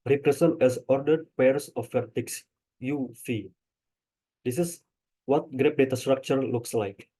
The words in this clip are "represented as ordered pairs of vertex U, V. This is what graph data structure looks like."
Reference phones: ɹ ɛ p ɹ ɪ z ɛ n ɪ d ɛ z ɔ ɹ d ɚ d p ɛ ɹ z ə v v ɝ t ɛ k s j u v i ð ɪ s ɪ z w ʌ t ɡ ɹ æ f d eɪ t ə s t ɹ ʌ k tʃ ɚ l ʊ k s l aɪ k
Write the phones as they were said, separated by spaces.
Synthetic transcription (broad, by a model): ɹ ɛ p ɹ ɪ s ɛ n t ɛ s ɔ ɹ d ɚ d p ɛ ɹ s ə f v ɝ t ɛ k s j u f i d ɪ s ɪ s w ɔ t ɡ ɹ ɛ p d eɪ t ə s t ɹ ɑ k tʃ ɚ l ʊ k s l aɪ k